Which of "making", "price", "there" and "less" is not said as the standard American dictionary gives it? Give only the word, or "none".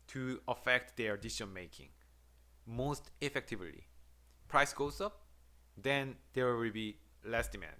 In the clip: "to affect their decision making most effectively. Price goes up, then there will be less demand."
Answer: there